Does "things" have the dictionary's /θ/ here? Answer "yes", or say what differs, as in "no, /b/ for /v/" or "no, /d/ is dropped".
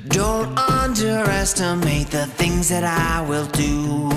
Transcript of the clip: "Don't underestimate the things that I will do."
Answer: yes